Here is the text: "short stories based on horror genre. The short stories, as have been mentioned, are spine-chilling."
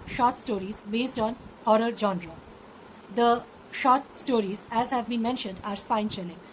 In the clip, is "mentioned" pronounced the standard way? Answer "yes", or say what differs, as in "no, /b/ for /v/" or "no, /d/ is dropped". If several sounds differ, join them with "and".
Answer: yes